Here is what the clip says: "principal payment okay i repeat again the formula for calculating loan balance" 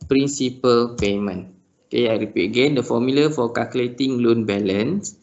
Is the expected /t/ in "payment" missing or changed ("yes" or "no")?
yes